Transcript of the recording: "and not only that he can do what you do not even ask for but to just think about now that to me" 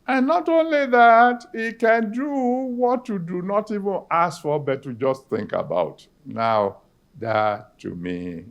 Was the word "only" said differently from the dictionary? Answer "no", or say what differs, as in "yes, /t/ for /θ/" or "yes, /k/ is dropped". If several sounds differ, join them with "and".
no